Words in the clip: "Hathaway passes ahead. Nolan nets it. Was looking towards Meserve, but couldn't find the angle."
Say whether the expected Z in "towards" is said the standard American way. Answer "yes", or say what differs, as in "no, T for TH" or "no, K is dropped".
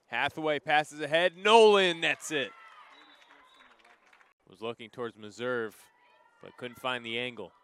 yes